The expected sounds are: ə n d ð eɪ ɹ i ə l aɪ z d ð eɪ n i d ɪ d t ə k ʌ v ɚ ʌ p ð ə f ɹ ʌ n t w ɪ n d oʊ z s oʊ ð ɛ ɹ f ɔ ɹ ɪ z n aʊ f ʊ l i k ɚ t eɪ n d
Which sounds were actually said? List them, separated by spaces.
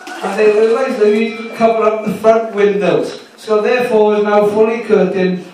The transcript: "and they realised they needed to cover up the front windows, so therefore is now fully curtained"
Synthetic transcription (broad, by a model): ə n ð eɪ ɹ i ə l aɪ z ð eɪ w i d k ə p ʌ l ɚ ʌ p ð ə f ɹ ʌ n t w ɪ n d oʊ z s oʊ ð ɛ f ɔ w ɪ z n aʊ f ʊ l i k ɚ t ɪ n